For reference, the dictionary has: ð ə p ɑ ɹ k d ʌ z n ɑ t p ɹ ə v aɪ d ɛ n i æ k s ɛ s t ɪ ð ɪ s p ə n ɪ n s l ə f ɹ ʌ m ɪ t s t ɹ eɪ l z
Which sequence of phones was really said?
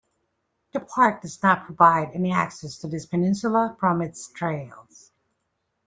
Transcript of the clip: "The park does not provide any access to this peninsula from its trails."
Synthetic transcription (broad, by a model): ð ə p ɑ ɹ k d ʌ z n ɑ t p ɹ ə v aɪ d ɛ n i æ k s ɛ s t ɪ ð ɪ s p ə n ɪ n s l ə f ɹ ʌ m ɪ t s t ɹ eɪ l z